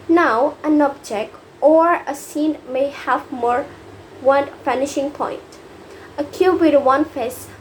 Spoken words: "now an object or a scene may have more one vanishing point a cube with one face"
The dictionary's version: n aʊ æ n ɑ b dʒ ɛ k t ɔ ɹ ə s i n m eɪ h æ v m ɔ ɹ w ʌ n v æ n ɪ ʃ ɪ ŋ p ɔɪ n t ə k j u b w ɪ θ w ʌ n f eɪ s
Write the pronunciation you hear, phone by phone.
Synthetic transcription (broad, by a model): n aʊ æ n ɑ b dʒ ɛ k t ɔ ɹ ə s i n m eɪ h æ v m ɔ ɹ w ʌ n f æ n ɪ ʃ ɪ ŋ p ɔɪ n t ə k j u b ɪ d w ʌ n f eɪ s